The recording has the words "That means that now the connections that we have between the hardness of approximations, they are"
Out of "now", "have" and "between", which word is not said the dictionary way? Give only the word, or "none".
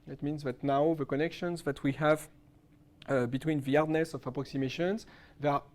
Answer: none